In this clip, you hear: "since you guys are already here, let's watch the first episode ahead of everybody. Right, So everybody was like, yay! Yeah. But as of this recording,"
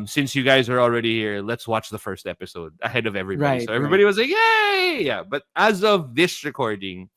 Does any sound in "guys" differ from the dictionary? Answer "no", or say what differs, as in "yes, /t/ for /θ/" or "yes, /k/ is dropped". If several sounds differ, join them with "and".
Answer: no